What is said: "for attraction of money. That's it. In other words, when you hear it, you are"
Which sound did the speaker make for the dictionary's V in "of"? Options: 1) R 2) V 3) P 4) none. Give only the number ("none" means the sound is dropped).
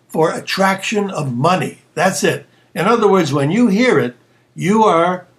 2